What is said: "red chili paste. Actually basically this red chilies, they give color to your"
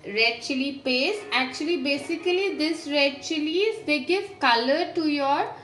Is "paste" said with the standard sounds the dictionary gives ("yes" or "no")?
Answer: no